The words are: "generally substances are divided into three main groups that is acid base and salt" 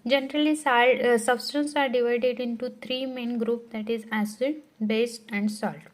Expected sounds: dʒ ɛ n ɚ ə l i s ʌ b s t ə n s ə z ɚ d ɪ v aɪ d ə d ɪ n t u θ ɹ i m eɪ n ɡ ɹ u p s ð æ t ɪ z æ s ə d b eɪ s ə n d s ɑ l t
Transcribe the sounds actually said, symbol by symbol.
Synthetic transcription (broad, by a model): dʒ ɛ n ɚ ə l i s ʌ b s t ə n s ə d d ɪ v aɪ d ə d ɪ n t u t ɹ i m eɪ n ɡ ɹ u p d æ t ɪ z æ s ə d b eɪ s ə n d s ɑ l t